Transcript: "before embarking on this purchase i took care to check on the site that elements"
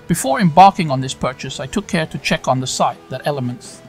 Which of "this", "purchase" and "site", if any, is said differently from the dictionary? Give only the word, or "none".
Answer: none